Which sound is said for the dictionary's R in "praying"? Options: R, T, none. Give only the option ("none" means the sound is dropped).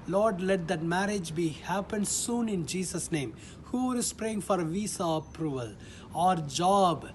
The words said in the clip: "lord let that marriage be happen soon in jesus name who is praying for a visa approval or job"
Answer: R